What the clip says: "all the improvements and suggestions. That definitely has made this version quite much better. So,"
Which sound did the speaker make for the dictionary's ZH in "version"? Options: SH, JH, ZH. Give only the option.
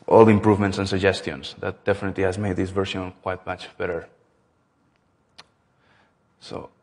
SH